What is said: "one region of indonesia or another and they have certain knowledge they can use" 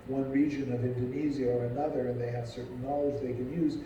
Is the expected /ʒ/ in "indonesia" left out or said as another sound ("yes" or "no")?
yes